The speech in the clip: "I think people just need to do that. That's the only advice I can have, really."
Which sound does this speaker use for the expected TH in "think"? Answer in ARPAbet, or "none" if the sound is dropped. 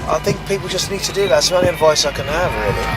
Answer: TH